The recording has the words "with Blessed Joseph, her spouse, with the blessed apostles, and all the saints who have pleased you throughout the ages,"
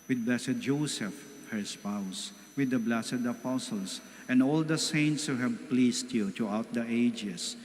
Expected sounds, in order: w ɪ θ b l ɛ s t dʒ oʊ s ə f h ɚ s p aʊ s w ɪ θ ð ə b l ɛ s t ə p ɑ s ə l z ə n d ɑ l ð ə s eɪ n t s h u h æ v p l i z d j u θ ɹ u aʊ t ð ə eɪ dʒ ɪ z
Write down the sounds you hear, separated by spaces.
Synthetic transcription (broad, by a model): w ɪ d b l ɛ s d dʒ oʊ s ə f h ɚ s p aʊ s w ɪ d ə b l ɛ s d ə p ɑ s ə l s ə n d ɑ l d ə s eɪ n t s h u h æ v p l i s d j u t ɹ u aʊ t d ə eɪ dʒ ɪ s